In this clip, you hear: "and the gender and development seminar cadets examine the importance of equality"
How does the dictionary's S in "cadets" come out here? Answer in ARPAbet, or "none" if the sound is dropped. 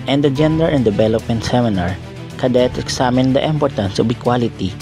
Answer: none